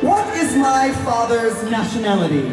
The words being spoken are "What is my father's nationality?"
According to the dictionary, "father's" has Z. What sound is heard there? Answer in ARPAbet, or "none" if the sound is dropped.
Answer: Z